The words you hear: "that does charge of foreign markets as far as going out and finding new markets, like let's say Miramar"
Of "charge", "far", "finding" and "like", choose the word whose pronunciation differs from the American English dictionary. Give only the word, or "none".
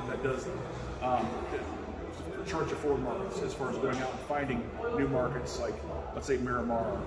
charge